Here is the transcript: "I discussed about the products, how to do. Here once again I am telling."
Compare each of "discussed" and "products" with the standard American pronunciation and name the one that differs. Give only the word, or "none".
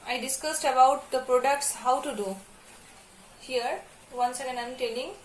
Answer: none